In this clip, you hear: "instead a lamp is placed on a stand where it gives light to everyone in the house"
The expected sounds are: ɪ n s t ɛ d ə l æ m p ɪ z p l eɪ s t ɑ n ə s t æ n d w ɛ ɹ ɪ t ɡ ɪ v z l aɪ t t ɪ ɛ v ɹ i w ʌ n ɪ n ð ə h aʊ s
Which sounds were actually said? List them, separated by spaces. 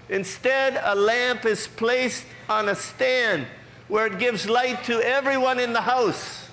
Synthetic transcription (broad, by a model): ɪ n s t ɛ d ə l æ m p ɪ z p l eɪ s t n ə s t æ n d w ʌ ɹ ɪ t ɡ ɪ v z l aɪ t t ɪ ɛ v ɹ i w ʌ n ɪ n ð ə h aʊ s